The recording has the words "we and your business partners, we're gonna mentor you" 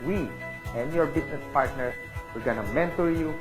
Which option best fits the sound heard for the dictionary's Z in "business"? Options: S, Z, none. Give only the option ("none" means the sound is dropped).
S